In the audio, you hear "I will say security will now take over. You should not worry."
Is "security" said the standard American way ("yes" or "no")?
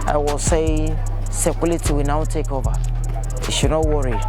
no